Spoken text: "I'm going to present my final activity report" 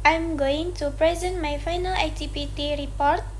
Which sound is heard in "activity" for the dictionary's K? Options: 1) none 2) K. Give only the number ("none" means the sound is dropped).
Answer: 1